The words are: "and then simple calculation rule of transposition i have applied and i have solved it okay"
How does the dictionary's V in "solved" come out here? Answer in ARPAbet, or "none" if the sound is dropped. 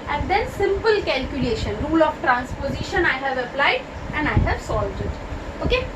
V